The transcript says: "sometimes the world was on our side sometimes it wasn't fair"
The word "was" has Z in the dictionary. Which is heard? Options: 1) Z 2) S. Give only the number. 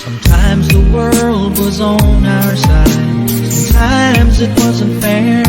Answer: 1